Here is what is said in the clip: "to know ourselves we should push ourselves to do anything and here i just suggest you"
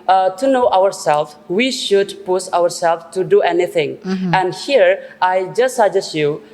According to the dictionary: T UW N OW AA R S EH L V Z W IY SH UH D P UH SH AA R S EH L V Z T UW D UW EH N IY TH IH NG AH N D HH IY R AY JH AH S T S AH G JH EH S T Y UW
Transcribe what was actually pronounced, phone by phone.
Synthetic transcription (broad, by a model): T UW N OW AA R S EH L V W IY SH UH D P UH S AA R S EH L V T UW D UW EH N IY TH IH NG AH N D HH IY R AY JH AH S S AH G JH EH S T Y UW